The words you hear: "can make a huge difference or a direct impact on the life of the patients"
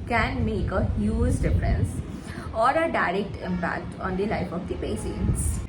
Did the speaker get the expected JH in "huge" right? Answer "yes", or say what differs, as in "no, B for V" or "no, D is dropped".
no, Z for JH